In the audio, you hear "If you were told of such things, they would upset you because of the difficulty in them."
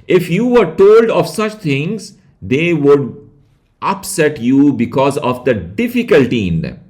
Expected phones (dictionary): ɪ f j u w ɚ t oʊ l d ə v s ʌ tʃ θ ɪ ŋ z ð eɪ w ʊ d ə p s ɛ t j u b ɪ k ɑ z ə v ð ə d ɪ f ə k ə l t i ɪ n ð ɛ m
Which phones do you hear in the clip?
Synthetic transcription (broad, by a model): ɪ f j u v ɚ t oʊ l d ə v s ʌ tʃ t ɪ ŋ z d eɪ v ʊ d ə p s ɛ t j u b ɪ k ɑ z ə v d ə d ɪ f ə k ə l t i ɪ n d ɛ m